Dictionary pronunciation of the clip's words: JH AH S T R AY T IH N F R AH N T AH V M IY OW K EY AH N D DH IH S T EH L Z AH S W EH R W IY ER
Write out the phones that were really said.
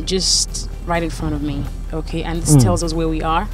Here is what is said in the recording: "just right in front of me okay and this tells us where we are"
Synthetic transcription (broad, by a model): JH AH S T R AY T IH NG F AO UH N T AH V M IY OW K EY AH N DH IH S T EH L Z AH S W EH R W IY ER